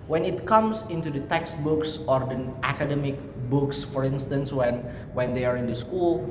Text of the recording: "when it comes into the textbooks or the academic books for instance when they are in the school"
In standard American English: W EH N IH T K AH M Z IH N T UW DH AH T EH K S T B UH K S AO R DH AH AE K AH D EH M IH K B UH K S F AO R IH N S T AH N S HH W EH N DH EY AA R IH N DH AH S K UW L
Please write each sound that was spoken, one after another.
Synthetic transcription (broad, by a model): W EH N IH T K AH M S IH N T UW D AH T EH K S T B UH K S AO R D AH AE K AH D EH M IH K B UH K S F AO R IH N S T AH N S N W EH N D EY AA R IH N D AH S K UW L